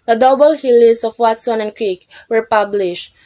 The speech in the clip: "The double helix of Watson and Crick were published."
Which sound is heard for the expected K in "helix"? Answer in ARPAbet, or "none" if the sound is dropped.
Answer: none